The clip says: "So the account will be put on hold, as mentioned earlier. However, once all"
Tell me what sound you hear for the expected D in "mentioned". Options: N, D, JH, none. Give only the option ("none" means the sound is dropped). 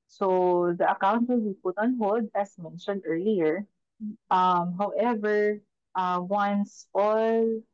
D